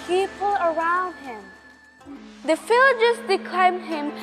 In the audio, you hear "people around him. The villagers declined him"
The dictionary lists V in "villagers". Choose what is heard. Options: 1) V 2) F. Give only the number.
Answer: 2